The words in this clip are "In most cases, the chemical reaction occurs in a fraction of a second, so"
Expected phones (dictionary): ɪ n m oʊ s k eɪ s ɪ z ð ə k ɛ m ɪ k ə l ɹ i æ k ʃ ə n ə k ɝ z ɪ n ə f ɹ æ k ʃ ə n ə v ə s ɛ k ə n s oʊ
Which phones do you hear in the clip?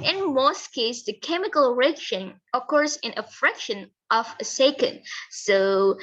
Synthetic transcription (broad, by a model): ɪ n m oʊ s k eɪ ɪ s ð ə k ɛ m ɪ k ə l ɹ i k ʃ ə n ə k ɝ s ɪ n ə f ɹ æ k ʃ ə n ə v ə s ɛ k ə n s oʊ